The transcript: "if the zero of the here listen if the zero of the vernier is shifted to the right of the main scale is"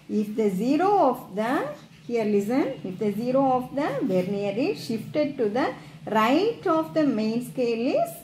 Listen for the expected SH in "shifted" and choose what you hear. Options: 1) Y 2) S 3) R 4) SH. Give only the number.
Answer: 4